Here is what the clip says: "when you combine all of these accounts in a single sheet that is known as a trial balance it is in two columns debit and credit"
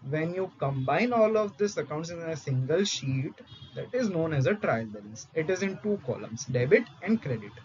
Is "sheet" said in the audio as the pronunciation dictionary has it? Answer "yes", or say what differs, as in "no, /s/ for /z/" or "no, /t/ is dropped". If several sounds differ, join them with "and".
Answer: yes